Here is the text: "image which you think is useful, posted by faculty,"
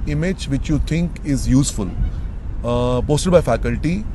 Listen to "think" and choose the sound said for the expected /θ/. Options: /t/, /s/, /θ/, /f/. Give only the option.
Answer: /t/